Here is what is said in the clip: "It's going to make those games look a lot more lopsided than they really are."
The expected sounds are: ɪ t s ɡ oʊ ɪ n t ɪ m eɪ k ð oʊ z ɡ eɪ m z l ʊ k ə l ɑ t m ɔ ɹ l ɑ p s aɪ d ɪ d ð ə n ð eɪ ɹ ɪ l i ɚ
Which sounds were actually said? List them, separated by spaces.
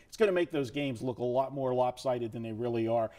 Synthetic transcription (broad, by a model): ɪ t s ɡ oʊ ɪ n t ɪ m eɪ k ð oʊ z ɡ eɪ m z l ʊ k ə l ɑ t m ɔ ɹ l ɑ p s aɪ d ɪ d ð ə n ð eɪ ɹ ɪ l i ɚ